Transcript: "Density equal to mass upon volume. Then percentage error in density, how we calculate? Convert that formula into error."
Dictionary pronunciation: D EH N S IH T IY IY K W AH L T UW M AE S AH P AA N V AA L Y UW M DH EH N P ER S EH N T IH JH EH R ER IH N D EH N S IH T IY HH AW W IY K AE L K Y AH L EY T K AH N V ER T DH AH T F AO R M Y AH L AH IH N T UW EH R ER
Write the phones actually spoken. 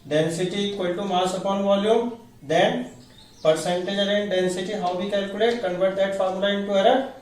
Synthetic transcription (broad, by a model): D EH N S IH T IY IY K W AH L T UW M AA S AH P AA N V AA L Y UW M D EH N P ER S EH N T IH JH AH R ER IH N D EH N S IH T IY HH AW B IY K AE L K Y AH L EY T K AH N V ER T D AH T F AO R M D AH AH IH N T UW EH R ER